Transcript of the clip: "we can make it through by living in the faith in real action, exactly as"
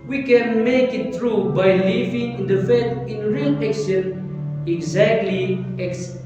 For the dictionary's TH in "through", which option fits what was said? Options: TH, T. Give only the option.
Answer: T